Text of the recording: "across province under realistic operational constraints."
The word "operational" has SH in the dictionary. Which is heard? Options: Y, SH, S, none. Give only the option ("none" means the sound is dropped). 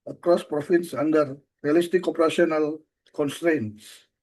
S